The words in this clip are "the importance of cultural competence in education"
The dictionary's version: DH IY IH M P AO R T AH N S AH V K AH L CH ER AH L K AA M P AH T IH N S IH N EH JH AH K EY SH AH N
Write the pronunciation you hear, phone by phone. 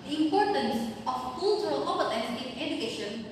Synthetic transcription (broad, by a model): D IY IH M P AO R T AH N S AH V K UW L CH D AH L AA P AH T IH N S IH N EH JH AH K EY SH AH N